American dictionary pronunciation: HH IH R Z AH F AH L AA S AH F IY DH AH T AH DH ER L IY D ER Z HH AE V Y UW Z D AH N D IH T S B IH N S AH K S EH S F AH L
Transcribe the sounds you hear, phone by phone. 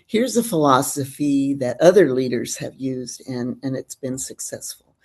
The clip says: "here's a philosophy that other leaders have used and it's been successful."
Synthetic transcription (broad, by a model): HH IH R Z AH F AH L AA S AH F IY DH AH T AH DH ER L IY D ER Z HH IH V Y UW Z D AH N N IH T S B IH N S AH K S EH S F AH L